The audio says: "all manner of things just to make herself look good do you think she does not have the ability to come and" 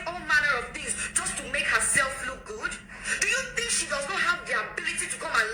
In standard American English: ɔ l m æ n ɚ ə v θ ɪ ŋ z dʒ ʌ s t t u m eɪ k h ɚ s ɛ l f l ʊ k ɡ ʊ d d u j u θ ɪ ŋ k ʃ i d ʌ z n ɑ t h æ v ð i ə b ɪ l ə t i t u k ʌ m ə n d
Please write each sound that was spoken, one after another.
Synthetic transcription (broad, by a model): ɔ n m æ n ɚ ə v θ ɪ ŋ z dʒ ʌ s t t u m eɪ k h ɚ s ɛ l f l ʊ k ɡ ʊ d d u j u θ ɪ ŋ k ʃ i d ʌ z n ɑ t h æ v ð i ə b ɪ l ə t i t u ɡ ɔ ə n